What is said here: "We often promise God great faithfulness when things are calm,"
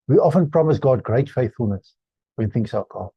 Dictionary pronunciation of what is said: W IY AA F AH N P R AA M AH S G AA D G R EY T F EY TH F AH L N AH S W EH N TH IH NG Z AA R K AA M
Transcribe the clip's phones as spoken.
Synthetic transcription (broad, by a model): W IY AA F AH N P R AA M AH S G AA D G R EY T F EY TH F AH L N AH S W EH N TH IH NG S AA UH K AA